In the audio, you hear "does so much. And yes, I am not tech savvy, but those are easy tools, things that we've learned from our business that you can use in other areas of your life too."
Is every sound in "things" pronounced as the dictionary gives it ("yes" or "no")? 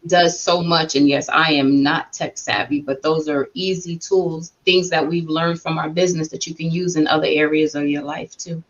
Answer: yes